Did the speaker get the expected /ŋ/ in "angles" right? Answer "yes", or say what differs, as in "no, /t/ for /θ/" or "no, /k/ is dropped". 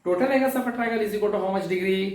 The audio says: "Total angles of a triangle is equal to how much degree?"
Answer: no, /ŋ/ is dropped